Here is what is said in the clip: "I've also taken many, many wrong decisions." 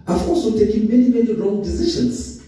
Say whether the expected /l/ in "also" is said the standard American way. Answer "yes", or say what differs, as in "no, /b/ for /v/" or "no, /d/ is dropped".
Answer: no, /l/ is dropped